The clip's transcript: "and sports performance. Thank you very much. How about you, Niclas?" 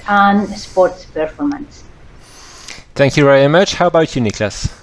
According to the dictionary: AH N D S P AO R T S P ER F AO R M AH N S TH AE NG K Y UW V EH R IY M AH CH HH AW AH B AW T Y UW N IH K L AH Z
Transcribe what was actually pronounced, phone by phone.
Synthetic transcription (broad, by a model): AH N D S P AO R T S P ER F AO R M AH N S TH AE NG K Y UW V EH R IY M AH CH HH AW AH B AW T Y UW N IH K L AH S